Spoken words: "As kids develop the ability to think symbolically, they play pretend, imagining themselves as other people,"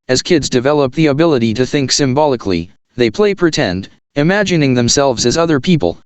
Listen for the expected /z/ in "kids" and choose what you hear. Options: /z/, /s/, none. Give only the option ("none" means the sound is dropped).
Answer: /z/